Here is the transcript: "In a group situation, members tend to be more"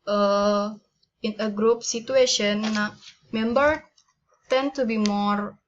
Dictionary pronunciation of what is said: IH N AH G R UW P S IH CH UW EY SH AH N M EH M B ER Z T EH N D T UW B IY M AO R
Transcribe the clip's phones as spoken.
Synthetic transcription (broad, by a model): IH N AH G R UW P S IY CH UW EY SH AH N M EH M B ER T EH N T UW B IY M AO R